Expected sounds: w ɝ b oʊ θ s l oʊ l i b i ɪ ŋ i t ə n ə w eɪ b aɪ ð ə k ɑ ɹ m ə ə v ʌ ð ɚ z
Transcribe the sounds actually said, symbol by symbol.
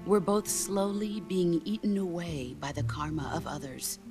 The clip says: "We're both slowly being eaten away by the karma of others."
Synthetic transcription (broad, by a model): w ɝ b oʊ θ s l oʊ l i b i ɪ ŋ i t n ə w eɪ b aɪ ð ə k ɑ ɹ m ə ə v ʌ ð ɚ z